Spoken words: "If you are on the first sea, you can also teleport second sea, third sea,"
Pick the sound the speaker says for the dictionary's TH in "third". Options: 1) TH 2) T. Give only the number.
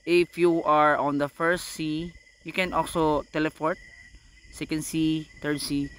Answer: 2